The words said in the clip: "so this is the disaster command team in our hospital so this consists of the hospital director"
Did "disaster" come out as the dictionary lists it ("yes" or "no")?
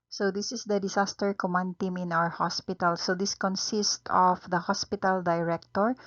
no